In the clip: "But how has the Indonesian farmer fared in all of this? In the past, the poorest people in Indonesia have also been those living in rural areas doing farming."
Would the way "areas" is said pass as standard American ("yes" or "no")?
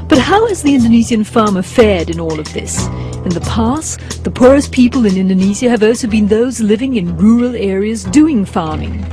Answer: yes